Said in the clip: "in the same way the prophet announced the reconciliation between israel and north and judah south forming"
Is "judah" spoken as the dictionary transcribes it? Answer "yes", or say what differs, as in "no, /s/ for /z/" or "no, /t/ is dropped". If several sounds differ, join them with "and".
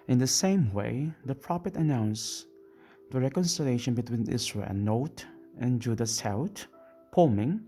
yes